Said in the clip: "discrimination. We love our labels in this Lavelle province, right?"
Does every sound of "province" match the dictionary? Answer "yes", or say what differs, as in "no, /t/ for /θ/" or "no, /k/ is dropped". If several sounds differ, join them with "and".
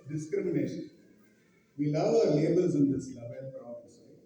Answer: no, /v/ is dropped and /n/ is dropped